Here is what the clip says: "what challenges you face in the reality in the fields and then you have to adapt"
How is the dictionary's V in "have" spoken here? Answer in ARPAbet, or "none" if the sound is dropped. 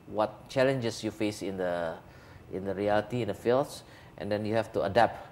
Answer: F